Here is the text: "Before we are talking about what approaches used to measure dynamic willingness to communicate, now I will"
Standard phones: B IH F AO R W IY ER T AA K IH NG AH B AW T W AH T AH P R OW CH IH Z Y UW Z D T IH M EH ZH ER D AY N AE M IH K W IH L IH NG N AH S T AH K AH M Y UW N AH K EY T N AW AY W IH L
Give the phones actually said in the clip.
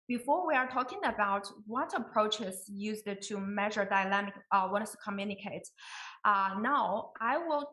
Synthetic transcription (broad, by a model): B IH F AO R W IY ER T AA K IH NG AH B AW T W AH T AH P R OW CH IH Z Y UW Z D T IH M EH ZH ER D AY N AE M IH K W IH N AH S T AH K AH M Y UW N AH K EY T N AW AY W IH L